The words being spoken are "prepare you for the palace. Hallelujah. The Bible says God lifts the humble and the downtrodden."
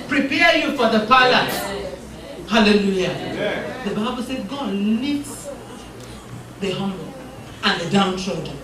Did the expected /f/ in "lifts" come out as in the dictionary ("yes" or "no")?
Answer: no